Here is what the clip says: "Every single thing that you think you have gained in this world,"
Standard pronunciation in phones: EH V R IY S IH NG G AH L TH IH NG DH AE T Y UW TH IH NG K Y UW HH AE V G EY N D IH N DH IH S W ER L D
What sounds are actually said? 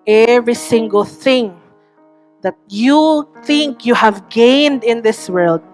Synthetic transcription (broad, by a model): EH V R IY S IH NG G AH L TH IH NG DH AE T Y UW TH IH NG K Y UW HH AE V G EY N D IH N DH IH S W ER L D